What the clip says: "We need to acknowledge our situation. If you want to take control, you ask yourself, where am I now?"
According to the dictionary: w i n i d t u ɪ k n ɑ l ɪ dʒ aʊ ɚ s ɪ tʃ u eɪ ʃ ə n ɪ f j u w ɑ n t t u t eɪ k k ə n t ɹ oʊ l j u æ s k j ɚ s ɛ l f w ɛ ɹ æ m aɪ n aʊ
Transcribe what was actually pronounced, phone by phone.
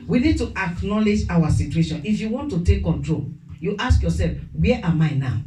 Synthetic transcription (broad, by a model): w i n i d t u ɪ k n ɑ l ɪ dʒ aʊ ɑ s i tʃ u eɪ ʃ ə n ɪ f j u w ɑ n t t u t eɪ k k ə n t ɹ oʊ l j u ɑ s k j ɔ s ɛ l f w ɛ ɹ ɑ m aɪ n aʊ